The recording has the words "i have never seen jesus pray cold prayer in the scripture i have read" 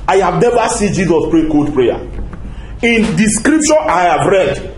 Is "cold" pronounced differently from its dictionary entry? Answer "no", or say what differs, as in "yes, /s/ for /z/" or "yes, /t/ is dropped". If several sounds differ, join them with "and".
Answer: yes, /l/ is dropped